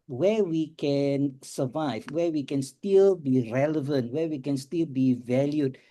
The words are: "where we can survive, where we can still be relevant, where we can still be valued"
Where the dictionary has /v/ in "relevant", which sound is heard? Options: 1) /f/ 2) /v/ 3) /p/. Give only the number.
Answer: 2